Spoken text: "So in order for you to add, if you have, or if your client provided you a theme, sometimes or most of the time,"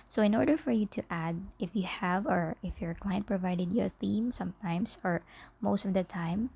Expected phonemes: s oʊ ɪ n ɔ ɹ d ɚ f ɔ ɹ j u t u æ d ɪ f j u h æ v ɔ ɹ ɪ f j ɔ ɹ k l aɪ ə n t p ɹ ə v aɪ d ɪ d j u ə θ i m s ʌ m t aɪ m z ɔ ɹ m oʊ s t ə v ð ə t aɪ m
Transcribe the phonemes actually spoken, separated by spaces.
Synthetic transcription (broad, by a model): s oʊ ɪ n ɔ ɹ d ɚ f ɔ ɹ j u t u æ d ɪ f j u h æ v ɔ ɹ ɪ f j ɔ ɹ k l aɪ ə n t p ɹ ə v aɪ d ɪ d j ə θ i m s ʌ m t aɪ m s ɔ ɹ m oʊ s t ə v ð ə t aɪ m